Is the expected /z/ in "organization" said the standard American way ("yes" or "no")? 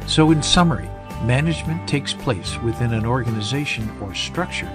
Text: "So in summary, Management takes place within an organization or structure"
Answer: yes